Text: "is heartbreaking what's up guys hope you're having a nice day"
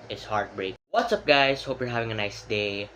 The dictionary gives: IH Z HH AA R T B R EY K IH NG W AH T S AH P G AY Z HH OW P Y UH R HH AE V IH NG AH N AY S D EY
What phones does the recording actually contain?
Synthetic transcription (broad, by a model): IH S HH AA R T B R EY IH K W AH T S AH P G AY S HH OW P Y UH R HH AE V IH NG AH N AY S D EY